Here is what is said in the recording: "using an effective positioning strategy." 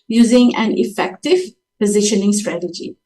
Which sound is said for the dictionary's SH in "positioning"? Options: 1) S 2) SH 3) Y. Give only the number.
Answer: 2